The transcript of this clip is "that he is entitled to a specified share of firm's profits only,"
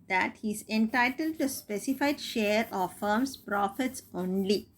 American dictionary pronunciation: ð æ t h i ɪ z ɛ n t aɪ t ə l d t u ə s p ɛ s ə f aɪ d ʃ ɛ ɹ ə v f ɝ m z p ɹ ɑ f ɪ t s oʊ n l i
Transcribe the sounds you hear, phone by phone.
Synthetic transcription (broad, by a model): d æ t h i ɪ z ɛ n t aɪ t ə l d t u s p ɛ s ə f aɪ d ʃ ɛ ɹ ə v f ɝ m s p ɹ ɑ f ɪ t s oʊ n l i